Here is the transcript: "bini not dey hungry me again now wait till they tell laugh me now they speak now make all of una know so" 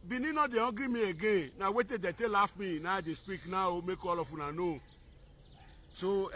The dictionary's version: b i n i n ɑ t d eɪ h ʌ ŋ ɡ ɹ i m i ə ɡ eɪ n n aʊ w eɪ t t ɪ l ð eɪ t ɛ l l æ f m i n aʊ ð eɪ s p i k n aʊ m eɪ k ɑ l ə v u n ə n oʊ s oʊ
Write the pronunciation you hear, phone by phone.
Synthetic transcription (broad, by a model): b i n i n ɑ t d eɪ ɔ ɡ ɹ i m i ə ɡ eɪ n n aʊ w eɪ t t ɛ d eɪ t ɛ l l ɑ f m i n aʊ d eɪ s p i k n aʊ m eɪ k ɑ l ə f u n ə n oʊ s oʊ